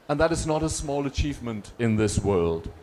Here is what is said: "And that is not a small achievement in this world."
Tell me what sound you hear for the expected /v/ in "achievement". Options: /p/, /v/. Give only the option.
/v/